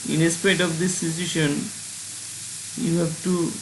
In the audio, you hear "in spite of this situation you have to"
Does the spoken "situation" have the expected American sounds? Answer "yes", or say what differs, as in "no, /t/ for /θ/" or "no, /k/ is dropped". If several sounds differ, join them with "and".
no, /s/ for /tʃ/